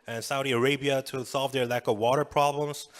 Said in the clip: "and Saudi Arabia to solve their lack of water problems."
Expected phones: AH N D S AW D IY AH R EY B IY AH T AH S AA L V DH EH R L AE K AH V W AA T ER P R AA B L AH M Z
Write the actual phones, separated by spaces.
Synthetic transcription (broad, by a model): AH N S AW D IY AH R EY B IY AH T AH S AA L V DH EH R L AE K AH V W AA T ER P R AA B L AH M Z